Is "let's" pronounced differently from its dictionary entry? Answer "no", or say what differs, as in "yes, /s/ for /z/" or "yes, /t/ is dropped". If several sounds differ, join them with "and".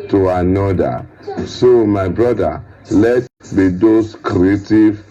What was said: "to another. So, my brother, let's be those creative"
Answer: yes, /s/ is dropped